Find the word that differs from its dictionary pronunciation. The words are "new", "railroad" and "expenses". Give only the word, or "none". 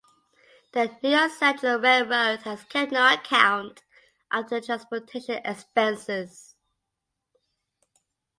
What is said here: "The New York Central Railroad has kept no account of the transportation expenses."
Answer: railroad